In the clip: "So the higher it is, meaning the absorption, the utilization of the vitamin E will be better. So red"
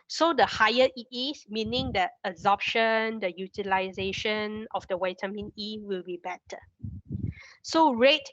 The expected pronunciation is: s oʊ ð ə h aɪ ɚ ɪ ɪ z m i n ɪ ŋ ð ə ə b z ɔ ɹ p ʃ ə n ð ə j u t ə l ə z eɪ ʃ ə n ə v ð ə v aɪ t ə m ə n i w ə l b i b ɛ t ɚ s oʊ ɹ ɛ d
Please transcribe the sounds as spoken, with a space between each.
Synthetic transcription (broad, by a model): s oʊ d ə h aɪ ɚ ɪ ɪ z m i n ɪ ŋ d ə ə z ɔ p ʃ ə n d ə j u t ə l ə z eɪ ʃ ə n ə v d ə w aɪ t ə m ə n i w ə l b i b ɛ t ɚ s oʊ ɹ ɛ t